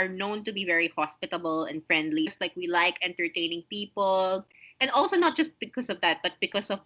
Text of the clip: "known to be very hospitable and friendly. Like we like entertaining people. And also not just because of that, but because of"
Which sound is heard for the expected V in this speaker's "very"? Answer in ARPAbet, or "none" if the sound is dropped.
V